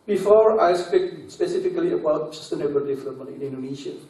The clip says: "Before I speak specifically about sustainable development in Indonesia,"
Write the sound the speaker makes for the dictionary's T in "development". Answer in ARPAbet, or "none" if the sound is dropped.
none